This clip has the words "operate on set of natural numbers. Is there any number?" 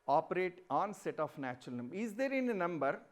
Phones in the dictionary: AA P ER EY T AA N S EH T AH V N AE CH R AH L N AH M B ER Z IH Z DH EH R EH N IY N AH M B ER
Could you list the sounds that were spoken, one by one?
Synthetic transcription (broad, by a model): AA P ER EY T AA N S EH T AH F N AE CH R AH L N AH M B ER IH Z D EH R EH N N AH M B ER